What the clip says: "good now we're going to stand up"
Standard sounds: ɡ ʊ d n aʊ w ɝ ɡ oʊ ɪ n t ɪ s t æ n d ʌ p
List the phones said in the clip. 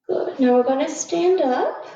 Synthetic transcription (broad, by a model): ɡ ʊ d n aʊ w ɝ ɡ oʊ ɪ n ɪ s t æ n d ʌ p